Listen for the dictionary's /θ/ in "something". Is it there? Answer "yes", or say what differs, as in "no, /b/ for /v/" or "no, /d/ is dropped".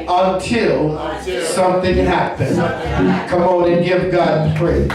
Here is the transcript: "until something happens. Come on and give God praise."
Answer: yes